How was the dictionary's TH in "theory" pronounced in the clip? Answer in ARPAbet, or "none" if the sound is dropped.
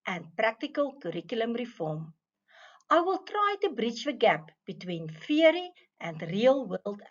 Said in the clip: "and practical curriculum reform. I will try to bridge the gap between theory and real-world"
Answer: F